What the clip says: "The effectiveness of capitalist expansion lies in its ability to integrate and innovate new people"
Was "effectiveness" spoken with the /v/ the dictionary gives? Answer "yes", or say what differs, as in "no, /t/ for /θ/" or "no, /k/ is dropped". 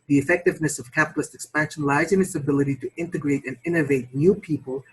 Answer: yes